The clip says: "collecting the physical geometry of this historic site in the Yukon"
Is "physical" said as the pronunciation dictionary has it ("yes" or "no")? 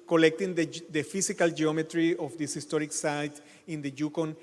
no